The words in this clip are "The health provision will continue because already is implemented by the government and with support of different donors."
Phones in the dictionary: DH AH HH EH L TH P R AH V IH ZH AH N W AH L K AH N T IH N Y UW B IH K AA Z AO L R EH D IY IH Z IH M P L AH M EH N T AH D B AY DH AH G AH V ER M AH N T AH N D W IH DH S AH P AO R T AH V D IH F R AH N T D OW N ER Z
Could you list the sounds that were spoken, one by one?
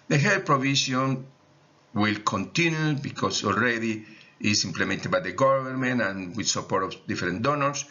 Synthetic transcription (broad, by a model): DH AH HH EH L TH P R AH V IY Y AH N W AH L K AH N T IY N Y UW B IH K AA S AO L R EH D IY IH S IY M P L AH M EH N T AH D B AY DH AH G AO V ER M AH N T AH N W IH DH S AH P AO R T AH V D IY F R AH N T D OW N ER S